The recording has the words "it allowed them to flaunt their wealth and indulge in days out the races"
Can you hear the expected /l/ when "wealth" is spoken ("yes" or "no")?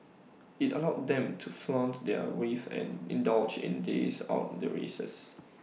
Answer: no